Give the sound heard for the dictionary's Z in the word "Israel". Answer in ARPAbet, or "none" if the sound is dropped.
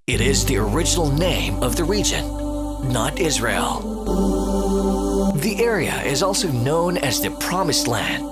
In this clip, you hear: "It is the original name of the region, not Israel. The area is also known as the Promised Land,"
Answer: Z